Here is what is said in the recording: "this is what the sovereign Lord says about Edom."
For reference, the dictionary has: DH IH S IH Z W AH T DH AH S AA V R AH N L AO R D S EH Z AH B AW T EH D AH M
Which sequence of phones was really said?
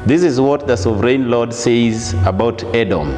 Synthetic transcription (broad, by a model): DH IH S IH Z W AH T DH AH S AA V R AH N L AO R D S EH Z AH B AW T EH D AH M